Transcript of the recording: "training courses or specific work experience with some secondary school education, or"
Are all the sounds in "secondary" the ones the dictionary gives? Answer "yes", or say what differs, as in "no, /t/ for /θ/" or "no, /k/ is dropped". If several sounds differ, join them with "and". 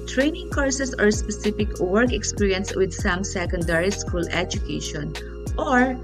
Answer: yes